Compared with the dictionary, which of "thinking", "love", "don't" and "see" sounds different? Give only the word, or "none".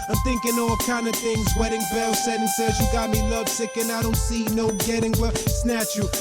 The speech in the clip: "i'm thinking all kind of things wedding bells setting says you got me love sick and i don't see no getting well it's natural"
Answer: none